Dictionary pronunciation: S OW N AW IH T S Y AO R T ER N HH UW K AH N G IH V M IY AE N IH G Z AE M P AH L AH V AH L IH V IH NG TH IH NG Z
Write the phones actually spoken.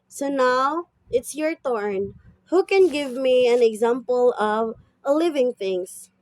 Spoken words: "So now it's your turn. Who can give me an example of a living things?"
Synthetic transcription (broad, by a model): S OW N AW IH T S Y AO R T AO N HH UW K AH N G IH V M IY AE N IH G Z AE M P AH L AH V AH L IH V IH NG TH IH NG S